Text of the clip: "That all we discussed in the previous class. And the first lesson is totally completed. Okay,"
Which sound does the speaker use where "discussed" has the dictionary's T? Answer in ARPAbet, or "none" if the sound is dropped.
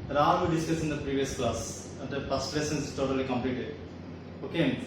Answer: none